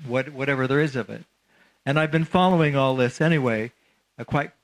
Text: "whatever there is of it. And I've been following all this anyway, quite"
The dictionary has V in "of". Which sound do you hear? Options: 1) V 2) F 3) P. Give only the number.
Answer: 1